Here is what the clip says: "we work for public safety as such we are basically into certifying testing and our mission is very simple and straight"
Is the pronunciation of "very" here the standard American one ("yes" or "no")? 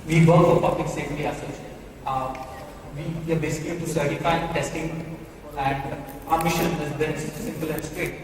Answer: no